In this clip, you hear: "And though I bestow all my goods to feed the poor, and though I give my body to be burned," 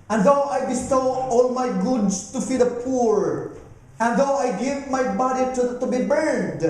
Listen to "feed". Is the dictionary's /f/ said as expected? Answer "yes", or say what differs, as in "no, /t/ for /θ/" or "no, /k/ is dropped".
yes